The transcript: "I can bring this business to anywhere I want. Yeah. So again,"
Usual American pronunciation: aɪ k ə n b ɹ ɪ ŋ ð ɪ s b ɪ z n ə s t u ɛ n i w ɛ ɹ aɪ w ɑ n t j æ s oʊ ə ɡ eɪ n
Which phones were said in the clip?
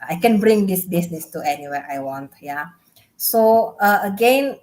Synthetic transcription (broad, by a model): aɪ k ə n b ɹ ɪ ŋ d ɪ s b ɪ s n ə s t u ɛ n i w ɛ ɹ aɪ w ɑ n t j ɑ s oʊ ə ɡ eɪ n